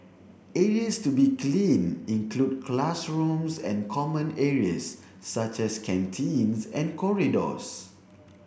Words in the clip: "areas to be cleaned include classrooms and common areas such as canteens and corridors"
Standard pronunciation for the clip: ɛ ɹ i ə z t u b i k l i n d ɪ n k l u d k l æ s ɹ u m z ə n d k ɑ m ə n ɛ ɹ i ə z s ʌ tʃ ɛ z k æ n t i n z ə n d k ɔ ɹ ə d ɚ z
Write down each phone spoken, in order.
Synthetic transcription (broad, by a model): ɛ ɹ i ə s t u b i k l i n ɪ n k l u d k l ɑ s ɹ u m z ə n k ɑ m ə n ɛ ɹ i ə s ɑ tʃ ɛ s k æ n t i n s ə n k ɔ ɹ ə d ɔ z